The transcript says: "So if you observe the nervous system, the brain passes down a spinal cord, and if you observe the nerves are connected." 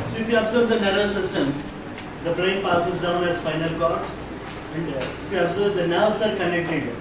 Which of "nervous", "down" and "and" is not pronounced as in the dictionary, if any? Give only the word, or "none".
nervous